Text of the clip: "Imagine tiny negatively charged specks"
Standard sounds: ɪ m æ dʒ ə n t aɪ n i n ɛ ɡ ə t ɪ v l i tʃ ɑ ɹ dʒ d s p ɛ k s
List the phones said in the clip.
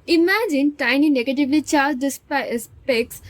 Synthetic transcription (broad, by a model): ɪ m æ dʒ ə n t aɪ n i n ɛ ɡ ə t ɪ v l i tʃ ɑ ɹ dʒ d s p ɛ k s